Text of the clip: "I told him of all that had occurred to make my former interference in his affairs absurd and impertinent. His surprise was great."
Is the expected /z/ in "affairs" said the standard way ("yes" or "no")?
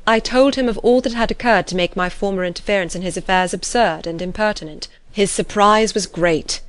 yes